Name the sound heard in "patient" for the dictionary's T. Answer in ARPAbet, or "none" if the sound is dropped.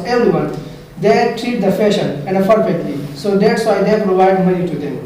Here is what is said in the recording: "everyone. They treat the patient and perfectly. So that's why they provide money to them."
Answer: none